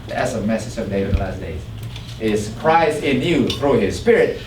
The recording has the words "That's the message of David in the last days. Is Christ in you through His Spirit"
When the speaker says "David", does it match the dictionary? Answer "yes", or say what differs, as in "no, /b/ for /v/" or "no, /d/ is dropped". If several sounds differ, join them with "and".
no, /v/ is dropped and /d/ is dropped